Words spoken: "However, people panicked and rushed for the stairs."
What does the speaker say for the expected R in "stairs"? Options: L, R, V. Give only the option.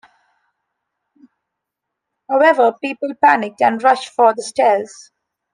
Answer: L